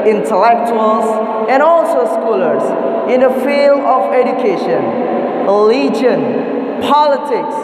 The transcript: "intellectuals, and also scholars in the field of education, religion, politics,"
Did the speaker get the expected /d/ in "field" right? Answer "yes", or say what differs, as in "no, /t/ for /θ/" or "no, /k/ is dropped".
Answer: yes